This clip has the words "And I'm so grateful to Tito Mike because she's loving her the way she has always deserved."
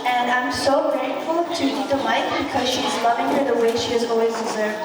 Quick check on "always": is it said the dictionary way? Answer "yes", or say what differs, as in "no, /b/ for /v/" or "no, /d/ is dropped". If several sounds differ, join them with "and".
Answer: yes